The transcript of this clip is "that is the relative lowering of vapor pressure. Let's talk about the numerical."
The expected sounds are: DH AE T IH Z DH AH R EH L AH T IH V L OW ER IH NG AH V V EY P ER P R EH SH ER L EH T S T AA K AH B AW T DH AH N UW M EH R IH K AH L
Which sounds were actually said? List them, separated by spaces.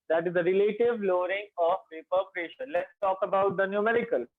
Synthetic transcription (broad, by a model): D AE T IH Z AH R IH L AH T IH V L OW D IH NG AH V P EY P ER P R EH SH ER L EH T S T AA K AH B AW T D AH N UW M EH R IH K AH L